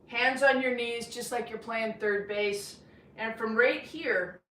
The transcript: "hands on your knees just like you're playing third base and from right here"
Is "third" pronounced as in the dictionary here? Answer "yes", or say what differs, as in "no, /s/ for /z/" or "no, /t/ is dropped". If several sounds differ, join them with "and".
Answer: yes